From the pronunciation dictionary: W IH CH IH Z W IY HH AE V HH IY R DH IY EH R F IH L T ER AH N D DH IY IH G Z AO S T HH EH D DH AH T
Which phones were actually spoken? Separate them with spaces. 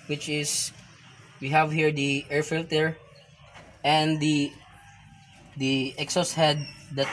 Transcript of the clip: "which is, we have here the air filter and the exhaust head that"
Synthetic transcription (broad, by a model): W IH CH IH S W IY HH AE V HH IY R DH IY EH R F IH L T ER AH N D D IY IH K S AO S HH EH D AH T